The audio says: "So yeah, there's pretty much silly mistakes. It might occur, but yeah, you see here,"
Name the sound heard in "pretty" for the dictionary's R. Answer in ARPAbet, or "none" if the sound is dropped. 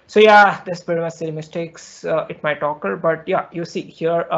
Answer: none